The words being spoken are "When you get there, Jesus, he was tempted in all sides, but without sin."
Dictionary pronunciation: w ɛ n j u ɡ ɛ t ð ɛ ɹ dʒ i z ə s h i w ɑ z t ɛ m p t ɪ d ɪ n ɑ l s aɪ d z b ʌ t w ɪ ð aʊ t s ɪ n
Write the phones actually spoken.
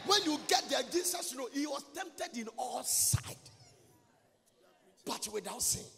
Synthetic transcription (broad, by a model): w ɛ n j u ɡ ɛ t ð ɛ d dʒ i s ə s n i w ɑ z t ɛ m p t ɪ d ɪ n ɑ l s aɪ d b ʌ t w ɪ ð aʊ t s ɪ